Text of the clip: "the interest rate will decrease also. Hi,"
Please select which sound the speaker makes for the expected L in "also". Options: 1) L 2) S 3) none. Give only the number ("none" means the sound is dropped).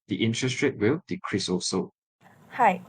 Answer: 3